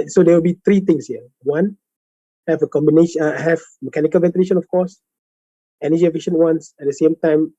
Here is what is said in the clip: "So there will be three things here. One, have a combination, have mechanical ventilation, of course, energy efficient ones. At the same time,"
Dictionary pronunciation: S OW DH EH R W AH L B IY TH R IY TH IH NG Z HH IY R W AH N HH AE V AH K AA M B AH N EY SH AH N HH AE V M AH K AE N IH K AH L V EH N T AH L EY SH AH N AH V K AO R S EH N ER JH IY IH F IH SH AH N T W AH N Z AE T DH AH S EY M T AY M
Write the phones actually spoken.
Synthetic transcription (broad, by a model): S OW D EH W AH L B IY T R IY T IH NG S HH IY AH W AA N HH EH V AH K AA M B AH N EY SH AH HH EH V M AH K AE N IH K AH L V EH N T AH L EY SH AH N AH F K AO S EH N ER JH IY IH F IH SH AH N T W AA N S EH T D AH S EY M T AY M